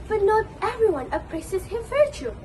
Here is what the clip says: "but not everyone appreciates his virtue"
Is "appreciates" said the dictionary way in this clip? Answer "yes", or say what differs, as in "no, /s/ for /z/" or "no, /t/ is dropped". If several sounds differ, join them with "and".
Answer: no, /s/ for /ʃ/